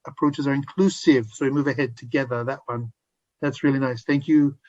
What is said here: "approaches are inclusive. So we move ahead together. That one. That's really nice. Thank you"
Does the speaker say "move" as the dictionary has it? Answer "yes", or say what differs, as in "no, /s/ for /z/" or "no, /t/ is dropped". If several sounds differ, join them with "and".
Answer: yes